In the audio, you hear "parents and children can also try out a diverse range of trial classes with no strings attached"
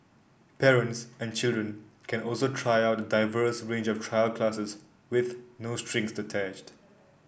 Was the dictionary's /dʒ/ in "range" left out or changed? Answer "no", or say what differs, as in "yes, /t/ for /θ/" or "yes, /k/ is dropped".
no